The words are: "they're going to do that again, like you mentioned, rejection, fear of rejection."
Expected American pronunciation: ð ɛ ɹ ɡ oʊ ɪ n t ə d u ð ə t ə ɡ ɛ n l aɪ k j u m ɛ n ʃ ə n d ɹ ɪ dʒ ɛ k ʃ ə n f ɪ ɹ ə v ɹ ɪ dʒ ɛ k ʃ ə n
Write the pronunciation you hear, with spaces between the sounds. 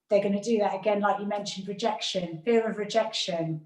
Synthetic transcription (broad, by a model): ð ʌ ɡ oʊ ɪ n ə d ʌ ð ə t ə ɡ ɛ n l aɪ k j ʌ m ɛ n ʃ ə n d ɹ ɪ dʒ ɛ k ʃ ə n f ɪ ɹ ə v ɹ ɪ dʒ ɛ k ʃ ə n